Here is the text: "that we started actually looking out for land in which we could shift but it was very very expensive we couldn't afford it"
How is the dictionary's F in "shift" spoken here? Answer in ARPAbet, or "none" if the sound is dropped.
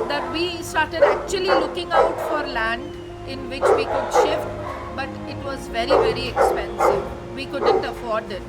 F